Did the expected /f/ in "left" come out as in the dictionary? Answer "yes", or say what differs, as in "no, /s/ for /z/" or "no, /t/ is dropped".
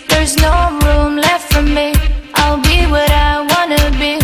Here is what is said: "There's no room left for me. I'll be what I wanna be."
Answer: yes